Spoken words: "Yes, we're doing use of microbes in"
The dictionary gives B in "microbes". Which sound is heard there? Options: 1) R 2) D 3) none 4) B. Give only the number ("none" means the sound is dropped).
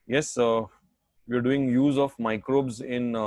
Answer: 4